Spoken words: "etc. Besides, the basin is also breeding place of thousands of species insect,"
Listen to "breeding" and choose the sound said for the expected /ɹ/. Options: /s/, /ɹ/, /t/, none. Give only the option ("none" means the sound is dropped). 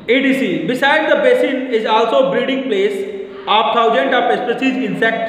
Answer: none